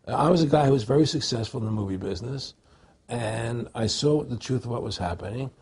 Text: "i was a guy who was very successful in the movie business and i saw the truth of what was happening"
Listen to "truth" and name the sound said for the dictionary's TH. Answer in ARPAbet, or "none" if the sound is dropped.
TH